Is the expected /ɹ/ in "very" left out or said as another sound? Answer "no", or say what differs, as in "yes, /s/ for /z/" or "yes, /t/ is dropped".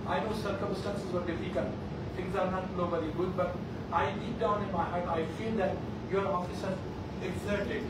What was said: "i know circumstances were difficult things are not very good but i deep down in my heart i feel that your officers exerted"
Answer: yes, /l/ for /ɹ/